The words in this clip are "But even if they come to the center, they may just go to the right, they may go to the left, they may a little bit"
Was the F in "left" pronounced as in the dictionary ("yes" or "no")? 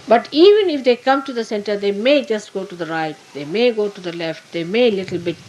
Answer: yes